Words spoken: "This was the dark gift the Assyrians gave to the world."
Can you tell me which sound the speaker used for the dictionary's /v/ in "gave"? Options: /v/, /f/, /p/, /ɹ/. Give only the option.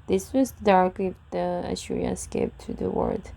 /p/